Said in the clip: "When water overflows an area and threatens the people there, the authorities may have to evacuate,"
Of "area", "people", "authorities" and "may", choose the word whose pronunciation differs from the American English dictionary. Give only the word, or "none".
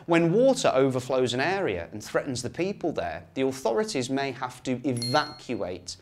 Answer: none